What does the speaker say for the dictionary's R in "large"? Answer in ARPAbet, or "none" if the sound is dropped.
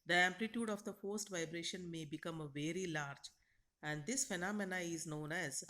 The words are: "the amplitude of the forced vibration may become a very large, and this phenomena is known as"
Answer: R